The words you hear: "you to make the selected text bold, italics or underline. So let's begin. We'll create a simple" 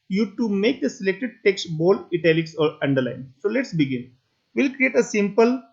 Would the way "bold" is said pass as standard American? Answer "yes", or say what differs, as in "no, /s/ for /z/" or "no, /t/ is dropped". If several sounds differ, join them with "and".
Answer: no, /d/ is dropped